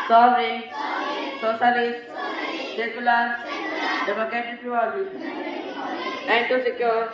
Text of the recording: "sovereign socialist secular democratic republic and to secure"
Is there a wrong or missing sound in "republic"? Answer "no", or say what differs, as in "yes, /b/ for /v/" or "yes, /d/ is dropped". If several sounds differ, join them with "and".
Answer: yes, /p/ is dropped and /l/ is dropped